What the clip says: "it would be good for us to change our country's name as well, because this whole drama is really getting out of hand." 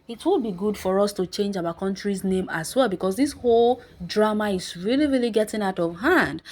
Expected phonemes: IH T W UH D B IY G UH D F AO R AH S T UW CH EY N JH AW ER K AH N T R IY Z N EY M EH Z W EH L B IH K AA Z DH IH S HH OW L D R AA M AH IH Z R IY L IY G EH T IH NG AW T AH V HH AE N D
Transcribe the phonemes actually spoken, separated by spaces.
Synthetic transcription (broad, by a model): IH T W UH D B IY G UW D F AO R AH S T UW CH EY N JH AW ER K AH N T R IY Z N EY M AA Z W EH L B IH K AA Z DH IH S HH OW L D R AA M AH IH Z R IY L IY G EH T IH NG AW T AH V HH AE N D